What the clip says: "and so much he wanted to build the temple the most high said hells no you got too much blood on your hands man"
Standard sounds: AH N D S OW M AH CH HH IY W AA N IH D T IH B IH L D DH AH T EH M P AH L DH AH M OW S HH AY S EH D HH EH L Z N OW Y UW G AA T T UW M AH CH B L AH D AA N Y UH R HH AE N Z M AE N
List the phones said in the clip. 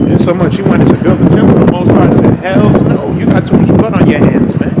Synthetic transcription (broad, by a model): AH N S OW M AH CH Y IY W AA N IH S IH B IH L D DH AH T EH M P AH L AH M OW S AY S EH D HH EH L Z N OW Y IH G AA T T UW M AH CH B AH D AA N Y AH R HH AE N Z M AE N